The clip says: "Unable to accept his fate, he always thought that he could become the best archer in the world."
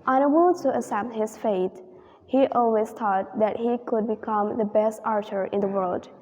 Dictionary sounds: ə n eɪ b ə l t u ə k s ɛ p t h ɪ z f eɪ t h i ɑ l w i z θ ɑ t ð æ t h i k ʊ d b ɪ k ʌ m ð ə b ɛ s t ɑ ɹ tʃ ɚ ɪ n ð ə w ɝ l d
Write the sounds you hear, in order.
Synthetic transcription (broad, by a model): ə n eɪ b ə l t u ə s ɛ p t h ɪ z f eɪ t h i ɑ l w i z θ ɑ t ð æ t h i k ʊ d b ɪ k ʌ m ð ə b ɛ s t ɑ ɹ tʃ ɚ ɪ n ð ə w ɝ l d